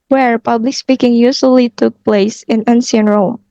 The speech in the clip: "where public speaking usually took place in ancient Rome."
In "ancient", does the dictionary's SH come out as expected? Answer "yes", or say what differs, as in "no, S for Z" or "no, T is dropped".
no, S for SH